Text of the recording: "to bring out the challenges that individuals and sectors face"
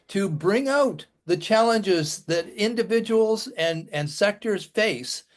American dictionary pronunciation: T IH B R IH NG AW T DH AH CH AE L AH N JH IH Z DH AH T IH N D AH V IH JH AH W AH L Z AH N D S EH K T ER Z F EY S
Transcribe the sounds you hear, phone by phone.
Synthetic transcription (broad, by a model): T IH B R IH NG AW T DH AH CH AE L AH N JH IH Z DH AH T IH N D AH V IH JH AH W L Z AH N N S EH K T ER Z F EY S